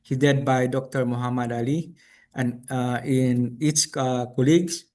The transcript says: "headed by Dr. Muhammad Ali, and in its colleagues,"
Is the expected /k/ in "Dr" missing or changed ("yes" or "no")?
no